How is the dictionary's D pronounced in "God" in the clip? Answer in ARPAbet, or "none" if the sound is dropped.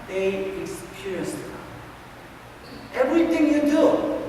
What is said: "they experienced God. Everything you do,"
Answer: none